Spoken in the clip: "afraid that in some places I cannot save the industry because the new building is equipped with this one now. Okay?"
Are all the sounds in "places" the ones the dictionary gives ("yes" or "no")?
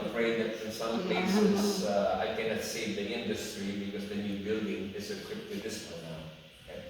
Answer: no